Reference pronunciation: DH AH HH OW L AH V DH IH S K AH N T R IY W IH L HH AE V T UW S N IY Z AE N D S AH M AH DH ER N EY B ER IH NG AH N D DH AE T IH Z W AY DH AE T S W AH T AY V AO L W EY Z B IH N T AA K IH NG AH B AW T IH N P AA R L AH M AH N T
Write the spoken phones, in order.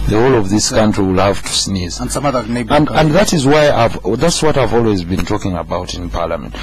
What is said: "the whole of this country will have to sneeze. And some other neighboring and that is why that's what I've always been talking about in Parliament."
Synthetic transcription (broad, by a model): DH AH HH OW L AH V DH IH S K AH N T R IY W IH L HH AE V T UW S N IY Z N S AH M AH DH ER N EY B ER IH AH N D DH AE T IH Z W AY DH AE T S W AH T AY V AO L W EY Z B IH N T AA K IH NG AH B AW T IH N P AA R L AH M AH N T